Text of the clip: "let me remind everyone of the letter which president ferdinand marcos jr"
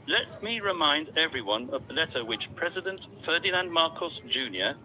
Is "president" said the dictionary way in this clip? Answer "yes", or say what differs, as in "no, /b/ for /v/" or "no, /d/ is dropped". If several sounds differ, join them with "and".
yes